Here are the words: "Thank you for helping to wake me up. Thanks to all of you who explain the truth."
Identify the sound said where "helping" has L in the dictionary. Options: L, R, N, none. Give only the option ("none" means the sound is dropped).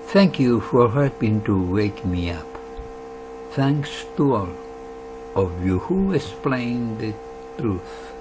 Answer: none